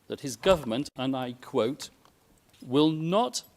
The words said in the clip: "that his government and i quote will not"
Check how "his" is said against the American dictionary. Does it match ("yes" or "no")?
yes